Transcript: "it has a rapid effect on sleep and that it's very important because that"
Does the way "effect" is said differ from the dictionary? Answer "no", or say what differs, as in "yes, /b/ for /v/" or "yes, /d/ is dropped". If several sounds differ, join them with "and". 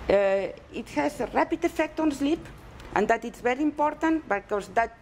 no